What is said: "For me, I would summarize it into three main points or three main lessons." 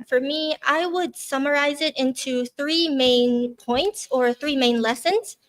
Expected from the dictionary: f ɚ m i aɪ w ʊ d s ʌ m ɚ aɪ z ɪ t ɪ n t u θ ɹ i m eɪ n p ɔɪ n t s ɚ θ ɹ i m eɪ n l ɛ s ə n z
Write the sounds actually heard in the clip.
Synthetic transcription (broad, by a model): f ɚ m i aɪ w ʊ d s ʌ m ɚ aɪ z ɪ t ɪ n t u θ ɹ i m eɪ n p ɔɪ n t s ɚ θ ɹ i m eɪ n l ɛ s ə n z